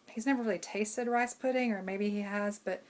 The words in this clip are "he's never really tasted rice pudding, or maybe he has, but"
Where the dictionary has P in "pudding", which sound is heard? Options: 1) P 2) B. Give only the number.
1